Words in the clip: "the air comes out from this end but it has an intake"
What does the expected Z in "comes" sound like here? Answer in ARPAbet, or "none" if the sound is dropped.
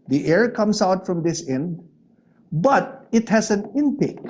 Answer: S